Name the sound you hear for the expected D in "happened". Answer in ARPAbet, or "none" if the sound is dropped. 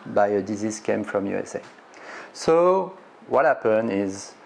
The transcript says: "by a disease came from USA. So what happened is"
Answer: none